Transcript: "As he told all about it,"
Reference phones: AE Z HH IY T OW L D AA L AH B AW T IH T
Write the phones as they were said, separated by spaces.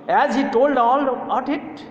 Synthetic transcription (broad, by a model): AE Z HH IY T OW L D AA L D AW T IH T